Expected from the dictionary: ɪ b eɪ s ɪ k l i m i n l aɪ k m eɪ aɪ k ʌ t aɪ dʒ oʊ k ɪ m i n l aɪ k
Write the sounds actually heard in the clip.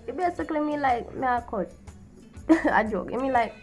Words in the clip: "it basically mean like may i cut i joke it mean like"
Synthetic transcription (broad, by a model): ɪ b eɪ s ɪ k l i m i l aɪ k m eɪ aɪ k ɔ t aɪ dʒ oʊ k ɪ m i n l aɪ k